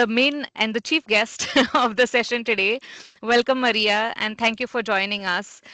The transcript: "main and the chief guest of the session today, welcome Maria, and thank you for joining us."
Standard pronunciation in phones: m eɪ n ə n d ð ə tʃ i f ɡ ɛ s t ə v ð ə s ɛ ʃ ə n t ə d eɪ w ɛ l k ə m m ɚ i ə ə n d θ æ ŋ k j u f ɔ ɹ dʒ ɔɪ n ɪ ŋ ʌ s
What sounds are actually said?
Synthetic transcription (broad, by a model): m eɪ n ə n d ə tʃ i f ɡ ɛ s t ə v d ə s ɛ ʃ ə n t ə d eɪ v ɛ l k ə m m ɚ i ə ə n d t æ ŋ k j u f ɔ ɹ dʒ ɔɪ n ɪ ŋ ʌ s